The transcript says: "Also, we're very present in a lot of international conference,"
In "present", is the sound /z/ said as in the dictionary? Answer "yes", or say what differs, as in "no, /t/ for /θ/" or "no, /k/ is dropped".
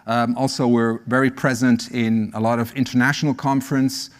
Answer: yes